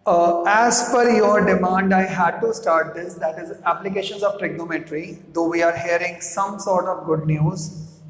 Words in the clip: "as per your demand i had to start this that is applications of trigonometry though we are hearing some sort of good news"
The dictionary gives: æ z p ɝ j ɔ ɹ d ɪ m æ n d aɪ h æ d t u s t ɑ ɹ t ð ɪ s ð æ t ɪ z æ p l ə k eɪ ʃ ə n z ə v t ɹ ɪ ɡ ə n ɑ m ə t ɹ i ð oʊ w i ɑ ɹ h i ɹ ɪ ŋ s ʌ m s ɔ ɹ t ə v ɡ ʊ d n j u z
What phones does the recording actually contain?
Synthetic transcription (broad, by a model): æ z f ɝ j ɔ ɹ d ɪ m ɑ n d aɪ h æ d t u s t ɑ ɹ t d ɪ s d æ t ɪ z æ p l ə k eɪ ʃ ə n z ə v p ɹ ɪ ɡ n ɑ m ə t ɹ i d oʊ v i ɑ ɹ h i ɹ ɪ ŋ s ʌ m s ɔ ɹ t ə v ɡ ʊ d n j u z